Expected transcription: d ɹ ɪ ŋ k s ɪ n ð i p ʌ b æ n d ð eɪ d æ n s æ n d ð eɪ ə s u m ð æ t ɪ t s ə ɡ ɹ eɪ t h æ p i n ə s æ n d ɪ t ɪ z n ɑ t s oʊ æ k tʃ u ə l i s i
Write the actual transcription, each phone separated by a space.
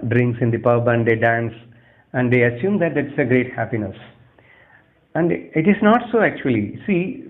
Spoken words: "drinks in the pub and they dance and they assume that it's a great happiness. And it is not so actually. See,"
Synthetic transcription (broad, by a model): d ɹ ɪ ŋ k s ɪ n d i p ʌ b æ n d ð eɪ d æ n s æ n d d eɪ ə s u m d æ t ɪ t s ə ɡ ɹ eɪ t h æ p i n ə s æ n d ɪ t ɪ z n ɑ t s oʊ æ k tʃ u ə l i s i